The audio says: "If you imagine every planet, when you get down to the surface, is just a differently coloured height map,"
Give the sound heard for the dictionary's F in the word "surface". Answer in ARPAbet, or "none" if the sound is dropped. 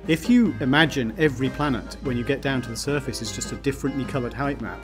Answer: F